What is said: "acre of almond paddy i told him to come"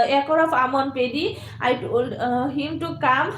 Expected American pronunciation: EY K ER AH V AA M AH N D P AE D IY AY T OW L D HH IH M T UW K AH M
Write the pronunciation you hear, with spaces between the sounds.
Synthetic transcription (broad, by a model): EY K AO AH P AA M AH N P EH D IY AY T OW L D HH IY M T UW K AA M